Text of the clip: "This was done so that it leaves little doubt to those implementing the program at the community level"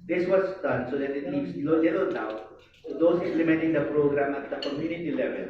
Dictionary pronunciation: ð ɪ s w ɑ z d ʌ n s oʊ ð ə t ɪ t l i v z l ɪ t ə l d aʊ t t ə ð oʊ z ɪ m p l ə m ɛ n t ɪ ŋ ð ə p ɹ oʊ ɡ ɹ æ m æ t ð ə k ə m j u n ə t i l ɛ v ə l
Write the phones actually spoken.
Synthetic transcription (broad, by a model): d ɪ s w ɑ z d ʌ n s oʊ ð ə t ɪ t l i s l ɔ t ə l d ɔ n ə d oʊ s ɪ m p l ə m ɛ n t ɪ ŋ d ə p ɹ oʊ ɡ ɹ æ m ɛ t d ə k ə m j u n ə t i l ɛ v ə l